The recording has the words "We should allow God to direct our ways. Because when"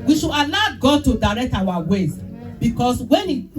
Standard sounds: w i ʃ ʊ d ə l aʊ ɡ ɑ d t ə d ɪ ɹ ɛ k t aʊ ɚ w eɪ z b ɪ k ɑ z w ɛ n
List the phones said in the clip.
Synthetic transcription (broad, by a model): w i ʃ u ə l aʊ ɡ ɑ d t ə d ɪ ɹ ɛ k t aʊ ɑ w eɪ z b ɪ k ɑ s w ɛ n